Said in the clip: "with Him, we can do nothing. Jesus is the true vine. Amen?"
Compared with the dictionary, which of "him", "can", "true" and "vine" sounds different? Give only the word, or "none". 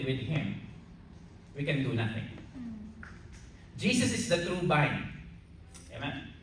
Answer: vine